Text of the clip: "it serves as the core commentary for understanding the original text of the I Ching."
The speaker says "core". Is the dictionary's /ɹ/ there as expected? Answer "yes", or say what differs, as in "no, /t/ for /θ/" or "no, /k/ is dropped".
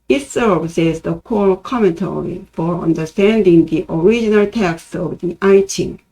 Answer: no, /l/ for /ɹ/